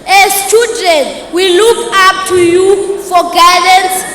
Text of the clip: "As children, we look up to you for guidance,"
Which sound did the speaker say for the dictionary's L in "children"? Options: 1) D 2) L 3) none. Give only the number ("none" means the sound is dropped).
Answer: 3